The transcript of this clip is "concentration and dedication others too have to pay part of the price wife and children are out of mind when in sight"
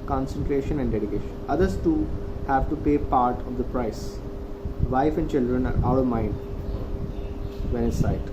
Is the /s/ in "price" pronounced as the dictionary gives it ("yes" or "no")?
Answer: yes